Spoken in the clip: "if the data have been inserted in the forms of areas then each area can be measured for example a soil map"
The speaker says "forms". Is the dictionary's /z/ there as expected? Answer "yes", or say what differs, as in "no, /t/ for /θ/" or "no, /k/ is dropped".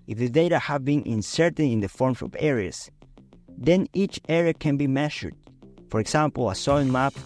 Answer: no, /s/ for /z/